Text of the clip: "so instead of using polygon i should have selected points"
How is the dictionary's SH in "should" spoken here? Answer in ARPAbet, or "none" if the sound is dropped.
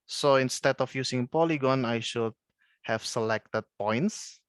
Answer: SH